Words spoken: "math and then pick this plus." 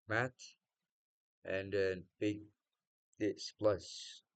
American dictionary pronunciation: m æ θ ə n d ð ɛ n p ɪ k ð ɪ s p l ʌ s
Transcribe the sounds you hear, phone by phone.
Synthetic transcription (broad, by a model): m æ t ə n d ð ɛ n b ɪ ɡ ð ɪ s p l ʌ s